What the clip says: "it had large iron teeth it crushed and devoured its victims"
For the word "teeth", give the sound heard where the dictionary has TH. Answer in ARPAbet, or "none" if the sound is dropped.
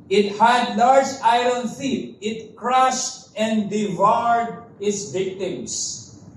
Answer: T